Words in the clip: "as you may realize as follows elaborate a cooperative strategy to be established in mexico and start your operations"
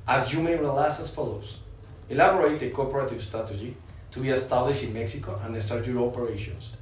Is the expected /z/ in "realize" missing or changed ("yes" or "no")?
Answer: yes